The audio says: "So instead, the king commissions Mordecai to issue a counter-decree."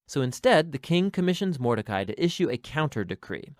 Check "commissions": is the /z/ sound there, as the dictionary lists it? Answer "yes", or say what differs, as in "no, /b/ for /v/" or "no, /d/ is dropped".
yes